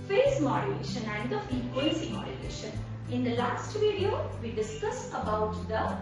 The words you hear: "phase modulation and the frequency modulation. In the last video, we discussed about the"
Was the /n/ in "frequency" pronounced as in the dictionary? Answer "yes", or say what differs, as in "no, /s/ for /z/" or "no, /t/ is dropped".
no, /n/ is dropped